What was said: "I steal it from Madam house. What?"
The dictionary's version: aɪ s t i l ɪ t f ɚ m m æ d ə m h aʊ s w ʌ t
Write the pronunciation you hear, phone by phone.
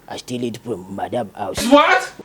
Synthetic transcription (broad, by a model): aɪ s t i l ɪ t p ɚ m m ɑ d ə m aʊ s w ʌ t